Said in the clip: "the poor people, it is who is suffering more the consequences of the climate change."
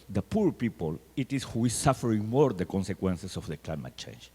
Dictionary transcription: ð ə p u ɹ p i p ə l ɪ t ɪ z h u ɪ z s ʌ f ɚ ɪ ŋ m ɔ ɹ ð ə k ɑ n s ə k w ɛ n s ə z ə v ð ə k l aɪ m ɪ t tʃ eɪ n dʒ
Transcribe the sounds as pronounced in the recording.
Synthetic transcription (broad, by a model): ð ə p u ɹ p i p ə l ɪ t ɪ s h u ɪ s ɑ f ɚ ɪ ŋ m ɔ ɹ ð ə k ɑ n s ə k w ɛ n s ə s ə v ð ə k l aɪ m ɪ t tʃ eɪ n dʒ